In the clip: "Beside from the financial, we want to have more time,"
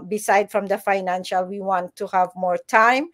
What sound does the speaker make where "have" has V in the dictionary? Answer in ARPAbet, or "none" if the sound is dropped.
V